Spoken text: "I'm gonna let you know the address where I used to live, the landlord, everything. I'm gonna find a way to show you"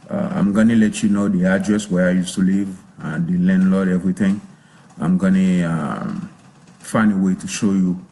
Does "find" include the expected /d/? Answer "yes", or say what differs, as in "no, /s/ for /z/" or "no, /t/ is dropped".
no, /d/ is dropped